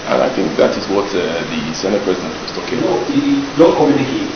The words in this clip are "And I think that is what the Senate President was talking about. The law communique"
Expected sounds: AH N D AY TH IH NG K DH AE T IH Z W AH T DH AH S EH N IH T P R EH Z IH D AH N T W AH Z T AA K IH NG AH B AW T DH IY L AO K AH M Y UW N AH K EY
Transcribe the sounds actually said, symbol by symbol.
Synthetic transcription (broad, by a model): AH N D AY TH IH NG K DH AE T IH Z W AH T DH AH S EH N IH T P R EH Z IH D AH N T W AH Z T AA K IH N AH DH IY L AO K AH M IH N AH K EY